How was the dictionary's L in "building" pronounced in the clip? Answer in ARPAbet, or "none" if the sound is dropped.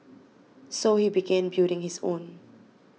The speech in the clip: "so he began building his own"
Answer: none